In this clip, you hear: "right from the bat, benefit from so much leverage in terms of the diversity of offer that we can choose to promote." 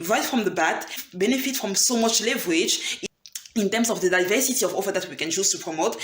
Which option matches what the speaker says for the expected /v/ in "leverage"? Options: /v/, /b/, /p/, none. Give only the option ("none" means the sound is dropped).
/v/